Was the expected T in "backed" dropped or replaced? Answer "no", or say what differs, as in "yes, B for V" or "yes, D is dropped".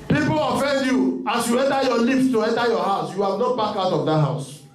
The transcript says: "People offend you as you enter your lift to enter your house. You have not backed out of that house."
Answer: yes, T is dropped